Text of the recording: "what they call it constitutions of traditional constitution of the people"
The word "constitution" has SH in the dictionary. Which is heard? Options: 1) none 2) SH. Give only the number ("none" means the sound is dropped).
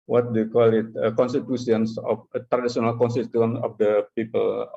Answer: 1